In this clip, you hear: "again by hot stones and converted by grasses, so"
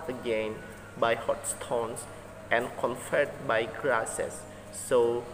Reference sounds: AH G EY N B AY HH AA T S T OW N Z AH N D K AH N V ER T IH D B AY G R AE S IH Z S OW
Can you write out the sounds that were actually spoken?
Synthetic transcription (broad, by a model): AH G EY N B AY HH AA T S T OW N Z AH N K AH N F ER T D B AY G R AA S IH S OW